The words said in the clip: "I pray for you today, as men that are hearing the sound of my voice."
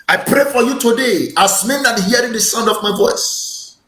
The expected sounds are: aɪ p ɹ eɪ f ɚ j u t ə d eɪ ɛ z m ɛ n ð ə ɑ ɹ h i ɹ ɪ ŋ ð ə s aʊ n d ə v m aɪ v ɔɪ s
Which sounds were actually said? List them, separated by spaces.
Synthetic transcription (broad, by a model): aɪ p ɹ eɪ f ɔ j u t ə d eɪ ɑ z m ɛ n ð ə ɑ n h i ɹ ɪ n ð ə s aʊ n d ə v m aɪ v ɔɪ s